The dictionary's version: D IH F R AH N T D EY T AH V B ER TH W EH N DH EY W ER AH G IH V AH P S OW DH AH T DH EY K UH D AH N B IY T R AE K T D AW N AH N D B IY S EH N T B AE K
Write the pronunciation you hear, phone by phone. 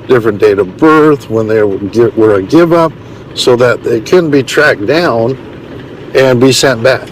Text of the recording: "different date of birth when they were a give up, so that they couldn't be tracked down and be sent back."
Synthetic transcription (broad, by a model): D IH F R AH N D EY T AH V B ER TH W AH N DH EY W ER AH G IH V AH P S OW DH AH T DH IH K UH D N B IY T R AE K D AW N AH N B IY S EH N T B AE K